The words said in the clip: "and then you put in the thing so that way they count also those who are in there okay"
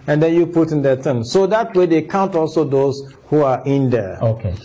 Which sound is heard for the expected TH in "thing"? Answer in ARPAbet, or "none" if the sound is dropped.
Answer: T